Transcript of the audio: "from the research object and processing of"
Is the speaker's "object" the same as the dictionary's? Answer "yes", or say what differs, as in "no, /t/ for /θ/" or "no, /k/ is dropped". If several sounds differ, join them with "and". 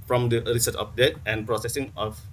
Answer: no, /k/ is dropped